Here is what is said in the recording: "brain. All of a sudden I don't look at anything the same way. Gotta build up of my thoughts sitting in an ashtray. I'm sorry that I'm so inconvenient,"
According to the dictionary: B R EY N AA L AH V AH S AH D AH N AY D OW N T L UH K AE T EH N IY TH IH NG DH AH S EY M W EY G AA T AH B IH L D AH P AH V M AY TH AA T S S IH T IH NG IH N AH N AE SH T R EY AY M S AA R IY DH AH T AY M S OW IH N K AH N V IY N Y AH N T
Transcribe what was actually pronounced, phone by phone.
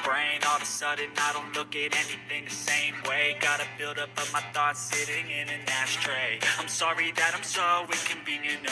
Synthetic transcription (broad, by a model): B R EY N AA L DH AH S AH D AH N AY D OW N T L UH K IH T EH N IY TH IH NG DH AH S EY M W EY G AA T AH B IH L D AH P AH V M AY TH AA T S S IH T IH NG IH N AH N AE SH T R EY AY M S AA R IY DH AH T AY M S OW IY K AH N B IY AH N